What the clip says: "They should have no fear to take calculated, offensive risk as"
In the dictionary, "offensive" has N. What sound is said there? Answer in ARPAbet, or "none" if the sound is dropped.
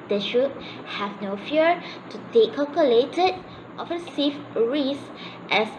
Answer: none